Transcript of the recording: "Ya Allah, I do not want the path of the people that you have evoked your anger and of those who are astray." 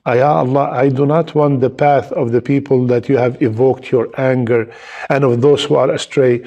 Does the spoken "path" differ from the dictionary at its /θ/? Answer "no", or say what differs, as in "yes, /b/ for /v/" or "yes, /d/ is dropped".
no